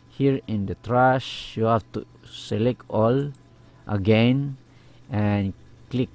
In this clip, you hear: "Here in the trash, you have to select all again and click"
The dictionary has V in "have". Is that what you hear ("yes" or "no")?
no